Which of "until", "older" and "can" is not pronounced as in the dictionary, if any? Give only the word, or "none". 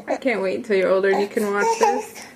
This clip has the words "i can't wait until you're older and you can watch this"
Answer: until